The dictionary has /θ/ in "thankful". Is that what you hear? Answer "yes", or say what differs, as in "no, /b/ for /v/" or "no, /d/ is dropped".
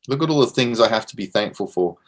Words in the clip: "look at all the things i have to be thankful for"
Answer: yes